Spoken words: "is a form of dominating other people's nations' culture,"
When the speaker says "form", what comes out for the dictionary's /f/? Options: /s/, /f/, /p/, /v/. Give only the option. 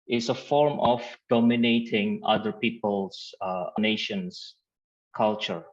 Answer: /f/